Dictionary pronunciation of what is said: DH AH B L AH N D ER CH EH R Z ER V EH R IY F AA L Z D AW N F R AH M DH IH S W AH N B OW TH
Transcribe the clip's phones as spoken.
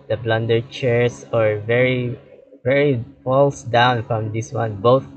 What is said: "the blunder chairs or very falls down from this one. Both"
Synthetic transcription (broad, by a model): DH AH B L AH N D ER CH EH R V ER V EH R IY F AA L S D AW N F R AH M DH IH S W AH N B OW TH